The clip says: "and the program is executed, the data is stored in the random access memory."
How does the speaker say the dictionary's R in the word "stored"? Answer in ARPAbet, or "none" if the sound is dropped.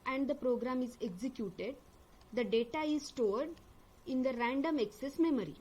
R